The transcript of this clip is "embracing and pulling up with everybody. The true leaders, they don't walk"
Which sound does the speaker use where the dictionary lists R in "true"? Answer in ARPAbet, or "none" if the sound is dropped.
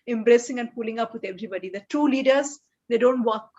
none